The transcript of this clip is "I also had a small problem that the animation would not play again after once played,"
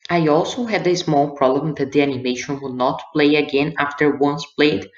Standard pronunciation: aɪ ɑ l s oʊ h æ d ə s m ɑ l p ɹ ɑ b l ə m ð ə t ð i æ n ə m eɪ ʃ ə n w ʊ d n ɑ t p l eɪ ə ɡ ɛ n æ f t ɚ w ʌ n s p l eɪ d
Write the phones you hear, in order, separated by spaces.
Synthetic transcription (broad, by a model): aɪ ɑ l s oʊ h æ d ə s m ɑ l p ɹ ɑ b l ə m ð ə t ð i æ n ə m eɪ ʃ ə n w ʊ d n ɑ t p l eɪ ə ɡ ɛ n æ f t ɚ w ʌ n s p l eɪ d